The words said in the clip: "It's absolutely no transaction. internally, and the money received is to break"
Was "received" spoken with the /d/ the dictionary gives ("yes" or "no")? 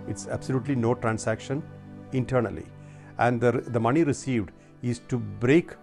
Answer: yes